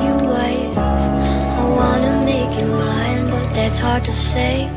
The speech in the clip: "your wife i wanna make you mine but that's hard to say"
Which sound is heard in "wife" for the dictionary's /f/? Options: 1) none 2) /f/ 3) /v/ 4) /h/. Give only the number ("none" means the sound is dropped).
1